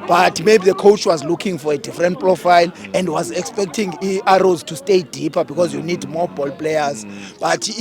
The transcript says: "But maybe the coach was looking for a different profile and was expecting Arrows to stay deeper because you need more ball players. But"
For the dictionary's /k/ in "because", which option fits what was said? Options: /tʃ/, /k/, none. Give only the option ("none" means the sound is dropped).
/k/